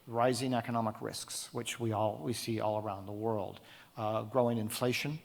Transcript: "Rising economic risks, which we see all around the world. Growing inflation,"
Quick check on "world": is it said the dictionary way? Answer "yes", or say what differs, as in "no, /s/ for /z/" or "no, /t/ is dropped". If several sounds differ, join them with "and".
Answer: yes